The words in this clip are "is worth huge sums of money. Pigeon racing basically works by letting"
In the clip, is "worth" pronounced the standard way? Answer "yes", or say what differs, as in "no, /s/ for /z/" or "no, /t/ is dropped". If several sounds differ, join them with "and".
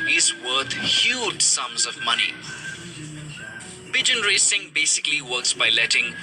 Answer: no, /t/ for /θ/